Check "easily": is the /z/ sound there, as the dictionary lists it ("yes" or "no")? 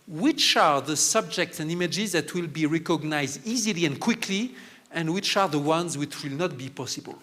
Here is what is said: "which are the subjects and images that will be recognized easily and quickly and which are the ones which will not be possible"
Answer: yes